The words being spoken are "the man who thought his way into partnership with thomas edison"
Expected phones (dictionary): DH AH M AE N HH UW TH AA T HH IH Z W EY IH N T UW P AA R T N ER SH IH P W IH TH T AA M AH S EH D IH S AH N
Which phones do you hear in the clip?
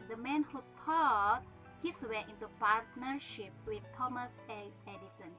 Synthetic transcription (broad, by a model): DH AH M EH N HH UW T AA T HH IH S W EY IH N T UW P AA R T N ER SH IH P W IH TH T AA M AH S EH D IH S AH N